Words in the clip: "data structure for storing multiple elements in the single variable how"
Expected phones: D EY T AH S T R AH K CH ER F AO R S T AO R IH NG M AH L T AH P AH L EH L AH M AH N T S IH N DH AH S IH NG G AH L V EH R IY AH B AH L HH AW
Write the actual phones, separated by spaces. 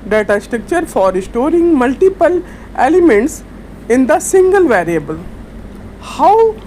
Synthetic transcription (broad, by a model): D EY T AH S T R AH K CH ER F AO R S T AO R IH NG M AH L T AH P AH L EH L AH M AH N T S IH N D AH S IH NG G AH L V EH R IY AH B AH L HH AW